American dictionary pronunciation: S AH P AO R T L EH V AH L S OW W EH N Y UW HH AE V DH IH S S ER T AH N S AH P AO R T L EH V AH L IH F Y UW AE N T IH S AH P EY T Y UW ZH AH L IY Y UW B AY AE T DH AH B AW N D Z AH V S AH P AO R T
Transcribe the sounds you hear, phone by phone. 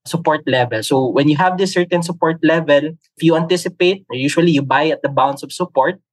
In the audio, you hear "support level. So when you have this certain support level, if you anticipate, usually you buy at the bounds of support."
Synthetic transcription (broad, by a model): S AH P AO R T L EH V AH L S OW W EH N Y UW HH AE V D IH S S ER T AH N S AH P AO R T L EH V AH L IH F Y UW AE N T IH S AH P EY T Y UW SH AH L IY Y UW B AY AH T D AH B AW N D S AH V S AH P AO R T